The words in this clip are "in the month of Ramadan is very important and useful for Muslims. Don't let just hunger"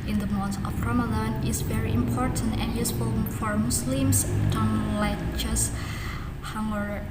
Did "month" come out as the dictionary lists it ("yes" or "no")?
no